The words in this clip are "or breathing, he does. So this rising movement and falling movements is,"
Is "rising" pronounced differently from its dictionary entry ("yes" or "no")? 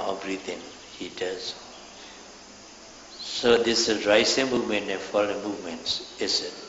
yes